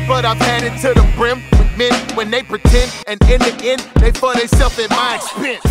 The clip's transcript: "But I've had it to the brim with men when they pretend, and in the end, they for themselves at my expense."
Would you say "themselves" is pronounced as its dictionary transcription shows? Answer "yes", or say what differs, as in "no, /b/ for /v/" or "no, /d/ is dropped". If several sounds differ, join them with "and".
no, /m/ is dropped